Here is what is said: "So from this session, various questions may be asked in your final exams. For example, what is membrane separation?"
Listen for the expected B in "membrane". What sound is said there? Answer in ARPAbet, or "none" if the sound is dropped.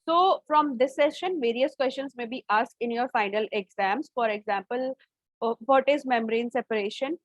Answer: none